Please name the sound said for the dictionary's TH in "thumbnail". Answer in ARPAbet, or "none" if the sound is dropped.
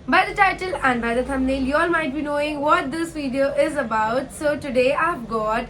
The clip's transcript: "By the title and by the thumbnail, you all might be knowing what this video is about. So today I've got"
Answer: T